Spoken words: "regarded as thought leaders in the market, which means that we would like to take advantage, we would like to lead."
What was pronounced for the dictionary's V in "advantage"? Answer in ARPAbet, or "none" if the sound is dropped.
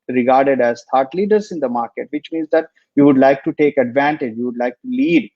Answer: V